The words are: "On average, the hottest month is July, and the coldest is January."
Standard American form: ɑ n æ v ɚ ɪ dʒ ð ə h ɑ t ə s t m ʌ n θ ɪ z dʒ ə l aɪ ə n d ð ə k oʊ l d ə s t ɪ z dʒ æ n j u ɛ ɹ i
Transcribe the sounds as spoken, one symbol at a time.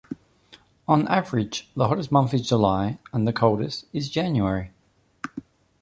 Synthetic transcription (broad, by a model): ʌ n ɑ v ɚ ɪ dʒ ð ə h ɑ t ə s m ʌ n θ ɪ z dʒ ə l aɪ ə n ð ə k oʊ l d ə s t ɪ z dʒ æ n j u ɛ ɹ i